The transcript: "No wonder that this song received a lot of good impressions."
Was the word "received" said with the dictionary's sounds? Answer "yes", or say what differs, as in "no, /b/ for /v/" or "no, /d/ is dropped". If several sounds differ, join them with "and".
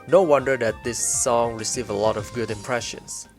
no, /d/ is dropped